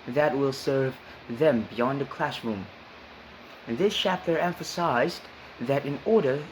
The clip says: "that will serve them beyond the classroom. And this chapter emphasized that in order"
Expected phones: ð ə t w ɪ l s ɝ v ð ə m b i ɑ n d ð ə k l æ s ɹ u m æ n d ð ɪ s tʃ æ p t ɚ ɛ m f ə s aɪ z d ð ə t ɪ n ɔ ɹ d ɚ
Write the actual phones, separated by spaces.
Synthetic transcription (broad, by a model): ð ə t w ɪ l s ɝ v ð ə m b i ɑ n d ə k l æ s ɹ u m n ð ɪ s tʃ æ p t ɚ ɛ m f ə s aɪ z ð ə t ɪ n ɔ ɹ d ɚ